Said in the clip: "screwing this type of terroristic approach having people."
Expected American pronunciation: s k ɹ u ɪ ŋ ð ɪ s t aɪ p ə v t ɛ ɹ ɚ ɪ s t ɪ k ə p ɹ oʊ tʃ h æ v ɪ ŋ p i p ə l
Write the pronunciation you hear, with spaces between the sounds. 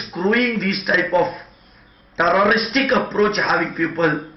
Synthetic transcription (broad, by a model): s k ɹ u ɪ ŋ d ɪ s t aɪ p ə f t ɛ ɹ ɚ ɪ s t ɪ k ə p ɹ oʊ tʃ h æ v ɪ ŋ p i p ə l